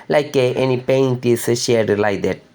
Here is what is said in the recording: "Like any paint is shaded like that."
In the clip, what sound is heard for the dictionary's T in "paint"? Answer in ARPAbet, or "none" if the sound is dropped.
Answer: T